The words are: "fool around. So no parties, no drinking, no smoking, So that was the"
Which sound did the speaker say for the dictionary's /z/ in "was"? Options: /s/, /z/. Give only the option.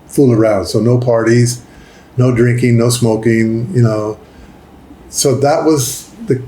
/z/